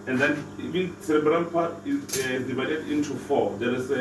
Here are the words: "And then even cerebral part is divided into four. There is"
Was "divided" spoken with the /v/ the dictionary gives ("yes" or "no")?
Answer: yes